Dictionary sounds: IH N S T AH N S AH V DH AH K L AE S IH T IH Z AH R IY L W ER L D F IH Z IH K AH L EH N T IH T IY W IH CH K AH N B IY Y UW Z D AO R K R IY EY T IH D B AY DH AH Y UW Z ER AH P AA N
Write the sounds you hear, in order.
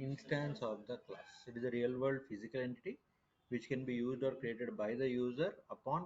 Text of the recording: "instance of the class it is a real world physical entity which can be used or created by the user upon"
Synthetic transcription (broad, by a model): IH N S T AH N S AH V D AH K L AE S IH T IH Z AH R IY L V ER D F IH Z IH K AH L EH N T IH T IY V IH CH K AH N B IY Y UW Z D AO R K R IY EY T IH D B AY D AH Y UW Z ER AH P AA N